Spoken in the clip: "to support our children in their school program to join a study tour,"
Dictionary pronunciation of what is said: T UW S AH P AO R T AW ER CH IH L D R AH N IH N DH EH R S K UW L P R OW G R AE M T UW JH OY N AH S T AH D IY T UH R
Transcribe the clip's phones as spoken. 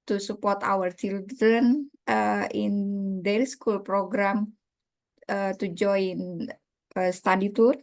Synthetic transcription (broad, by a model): T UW S AH P AO R T AW ER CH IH L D AH N IH N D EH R S K UW L P R OW G R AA M T UW JH OY N AH S T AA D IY T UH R